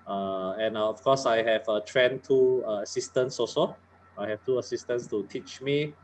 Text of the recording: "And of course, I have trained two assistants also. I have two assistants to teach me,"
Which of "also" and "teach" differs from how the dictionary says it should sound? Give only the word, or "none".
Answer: also